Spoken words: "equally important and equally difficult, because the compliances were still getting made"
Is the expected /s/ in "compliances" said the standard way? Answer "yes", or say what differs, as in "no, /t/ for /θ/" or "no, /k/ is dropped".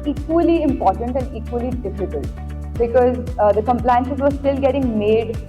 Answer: no, /ʃ/ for /s/